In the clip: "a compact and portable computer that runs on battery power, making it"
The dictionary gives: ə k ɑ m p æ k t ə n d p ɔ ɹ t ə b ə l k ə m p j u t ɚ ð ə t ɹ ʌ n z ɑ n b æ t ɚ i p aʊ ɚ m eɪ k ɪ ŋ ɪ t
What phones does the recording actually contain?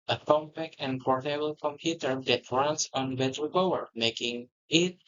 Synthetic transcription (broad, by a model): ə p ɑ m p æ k ə n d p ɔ ɹ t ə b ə l k ə m p j u t ɚ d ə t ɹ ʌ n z ɑ n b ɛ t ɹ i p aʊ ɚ m eɪ k ɪ ŋ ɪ t